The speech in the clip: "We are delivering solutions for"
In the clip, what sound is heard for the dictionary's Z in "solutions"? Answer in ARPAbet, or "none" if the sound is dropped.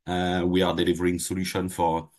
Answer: none